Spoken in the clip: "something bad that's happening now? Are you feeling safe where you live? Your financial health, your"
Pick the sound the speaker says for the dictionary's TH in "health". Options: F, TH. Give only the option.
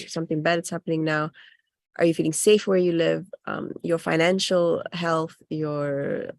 TH